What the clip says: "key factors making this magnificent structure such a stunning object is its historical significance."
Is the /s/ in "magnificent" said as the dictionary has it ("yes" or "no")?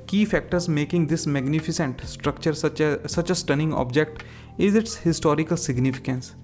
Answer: yes